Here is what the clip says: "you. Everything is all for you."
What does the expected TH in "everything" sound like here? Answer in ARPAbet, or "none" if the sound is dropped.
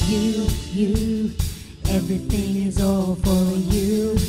TH